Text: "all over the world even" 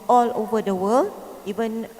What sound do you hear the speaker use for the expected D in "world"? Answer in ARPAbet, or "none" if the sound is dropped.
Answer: none